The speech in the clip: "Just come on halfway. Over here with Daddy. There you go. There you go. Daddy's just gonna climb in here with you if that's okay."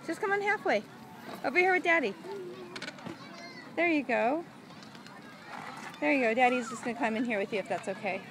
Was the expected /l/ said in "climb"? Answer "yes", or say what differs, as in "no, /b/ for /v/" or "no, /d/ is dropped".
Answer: no, /l/ is dropped